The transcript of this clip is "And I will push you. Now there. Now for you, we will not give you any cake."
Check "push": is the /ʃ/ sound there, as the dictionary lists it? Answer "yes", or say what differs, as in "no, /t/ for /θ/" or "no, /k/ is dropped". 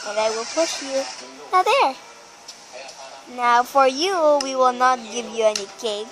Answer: yes